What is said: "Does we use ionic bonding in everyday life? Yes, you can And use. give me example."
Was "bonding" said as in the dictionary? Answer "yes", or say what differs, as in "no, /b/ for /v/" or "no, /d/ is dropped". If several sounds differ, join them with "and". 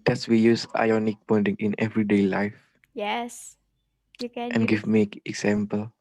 no, /n/ is dropped